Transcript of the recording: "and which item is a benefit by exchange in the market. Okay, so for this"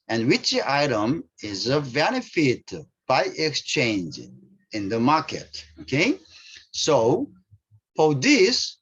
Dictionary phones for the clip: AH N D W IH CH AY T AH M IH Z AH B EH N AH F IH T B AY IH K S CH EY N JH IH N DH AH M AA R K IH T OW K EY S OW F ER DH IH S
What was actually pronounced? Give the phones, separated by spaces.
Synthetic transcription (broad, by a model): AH N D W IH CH AY T AH M IH Z AH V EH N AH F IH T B AY IH K S CH EY N JH IH N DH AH M AA R K IH T OW K EY S OW P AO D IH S